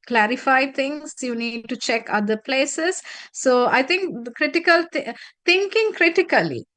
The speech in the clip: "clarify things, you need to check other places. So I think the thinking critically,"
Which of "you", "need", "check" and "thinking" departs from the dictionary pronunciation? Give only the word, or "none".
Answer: thinking